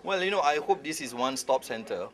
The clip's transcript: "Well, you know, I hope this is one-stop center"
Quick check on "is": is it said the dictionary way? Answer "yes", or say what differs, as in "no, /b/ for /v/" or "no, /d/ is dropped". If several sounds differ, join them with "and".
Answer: no, /s/ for /z/